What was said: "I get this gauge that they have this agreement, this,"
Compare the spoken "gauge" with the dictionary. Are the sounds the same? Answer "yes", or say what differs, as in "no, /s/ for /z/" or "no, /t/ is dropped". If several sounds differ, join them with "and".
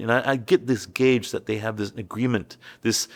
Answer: yes